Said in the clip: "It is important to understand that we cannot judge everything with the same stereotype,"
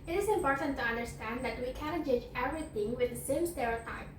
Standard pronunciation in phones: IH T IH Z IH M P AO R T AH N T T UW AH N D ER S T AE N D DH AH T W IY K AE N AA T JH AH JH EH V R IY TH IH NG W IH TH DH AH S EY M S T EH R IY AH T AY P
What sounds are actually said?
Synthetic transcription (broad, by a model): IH T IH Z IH M P AO R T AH N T T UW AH N D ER S T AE N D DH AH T W IY K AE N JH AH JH EH V R IY TH IH NG W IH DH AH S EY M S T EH R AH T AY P